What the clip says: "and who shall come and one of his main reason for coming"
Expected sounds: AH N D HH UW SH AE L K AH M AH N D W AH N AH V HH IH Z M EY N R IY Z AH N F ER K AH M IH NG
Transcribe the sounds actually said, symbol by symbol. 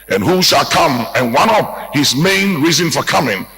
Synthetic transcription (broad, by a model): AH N HH UW SH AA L K AH M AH N W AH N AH P HH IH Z M EY N R IY Z AH N F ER K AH M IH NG